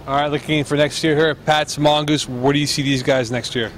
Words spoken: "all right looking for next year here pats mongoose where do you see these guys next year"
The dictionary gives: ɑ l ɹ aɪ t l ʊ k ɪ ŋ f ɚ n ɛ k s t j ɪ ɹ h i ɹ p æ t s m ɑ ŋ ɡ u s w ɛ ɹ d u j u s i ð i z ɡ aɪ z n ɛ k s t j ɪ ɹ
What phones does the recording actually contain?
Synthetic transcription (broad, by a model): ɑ ɹ aɪ t l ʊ k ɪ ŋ f ɚ n ɛ k s t j ɪ ɹ h i ɹ p æ t s m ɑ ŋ ɡ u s w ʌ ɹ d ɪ j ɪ s i ð i z ɡ aɪ z n ɛ k s t j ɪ ɹ